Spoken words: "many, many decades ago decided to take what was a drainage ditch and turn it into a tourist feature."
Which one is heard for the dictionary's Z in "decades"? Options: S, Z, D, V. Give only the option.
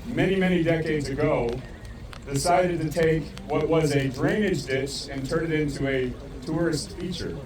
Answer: Z